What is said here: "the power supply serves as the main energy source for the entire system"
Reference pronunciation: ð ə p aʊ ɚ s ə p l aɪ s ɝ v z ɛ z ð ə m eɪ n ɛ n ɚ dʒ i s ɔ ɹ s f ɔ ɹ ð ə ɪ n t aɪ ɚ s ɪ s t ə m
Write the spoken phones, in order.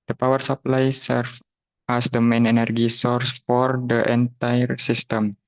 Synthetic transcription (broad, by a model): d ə p aʊ ɚ s ə p l aɪ s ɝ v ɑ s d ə m eɪ n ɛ n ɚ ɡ i s ɔ ɹ s f ɔ ɹ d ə ɪ n t aɪ ɚ s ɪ s t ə m